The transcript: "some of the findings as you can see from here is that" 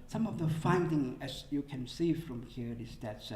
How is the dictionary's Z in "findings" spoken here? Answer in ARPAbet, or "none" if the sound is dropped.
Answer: none